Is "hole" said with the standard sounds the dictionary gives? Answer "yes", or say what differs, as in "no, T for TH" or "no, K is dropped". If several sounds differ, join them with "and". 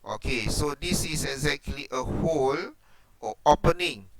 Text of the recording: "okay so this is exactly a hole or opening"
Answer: yes